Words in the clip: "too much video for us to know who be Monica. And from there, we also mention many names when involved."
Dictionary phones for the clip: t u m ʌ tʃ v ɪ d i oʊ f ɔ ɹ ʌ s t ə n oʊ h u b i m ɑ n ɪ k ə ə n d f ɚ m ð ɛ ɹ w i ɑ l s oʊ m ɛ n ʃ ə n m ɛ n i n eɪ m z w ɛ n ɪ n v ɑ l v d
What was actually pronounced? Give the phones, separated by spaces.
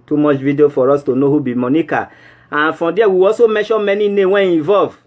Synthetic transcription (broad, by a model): t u m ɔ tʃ v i d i oʊ f ɔ ɹ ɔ s t ə n oʊ h u b i m ɑ n ɪ k ə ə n f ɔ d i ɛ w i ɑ s oʊ m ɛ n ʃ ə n m ɛ n i n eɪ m w ɛ n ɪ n v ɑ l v